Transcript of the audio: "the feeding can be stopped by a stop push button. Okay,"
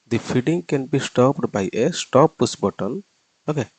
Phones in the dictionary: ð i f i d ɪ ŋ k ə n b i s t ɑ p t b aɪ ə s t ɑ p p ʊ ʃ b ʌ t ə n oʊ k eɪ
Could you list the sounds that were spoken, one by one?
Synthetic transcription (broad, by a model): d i f i d ɪ ŋ k ə n b i s t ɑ p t b aɪ ə s t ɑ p p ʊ s b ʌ t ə n oʊ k eɪ